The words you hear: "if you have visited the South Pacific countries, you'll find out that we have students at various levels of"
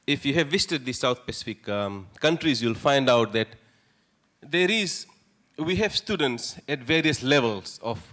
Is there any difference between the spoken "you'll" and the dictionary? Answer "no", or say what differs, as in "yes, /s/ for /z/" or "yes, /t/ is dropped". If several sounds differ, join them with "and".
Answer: no